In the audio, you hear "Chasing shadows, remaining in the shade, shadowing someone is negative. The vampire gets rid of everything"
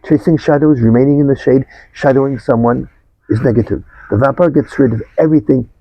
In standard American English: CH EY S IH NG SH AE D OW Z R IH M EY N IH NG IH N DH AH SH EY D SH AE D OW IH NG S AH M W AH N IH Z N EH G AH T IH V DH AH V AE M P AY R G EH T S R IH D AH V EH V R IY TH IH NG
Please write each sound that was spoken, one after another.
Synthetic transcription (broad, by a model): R EY S IH NG SH AE D OW Z R IH M EY N IH NG IH N DH AH SH EY D SH AE D OW IH NG S AH M W AH N IH Z N EH G AH T IH V DH AH V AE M P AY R G EH T S R IH D AH V EH V R IY TH IH NG